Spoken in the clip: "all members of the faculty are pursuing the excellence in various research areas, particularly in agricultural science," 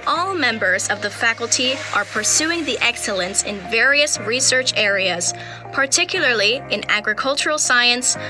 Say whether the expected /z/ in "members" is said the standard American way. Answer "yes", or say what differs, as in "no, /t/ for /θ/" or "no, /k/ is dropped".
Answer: yes